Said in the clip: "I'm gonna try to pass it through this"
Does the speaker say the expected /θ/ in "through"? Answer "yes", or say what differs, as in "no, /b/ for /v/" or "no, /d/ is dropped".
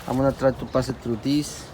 no, /t/ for /θ/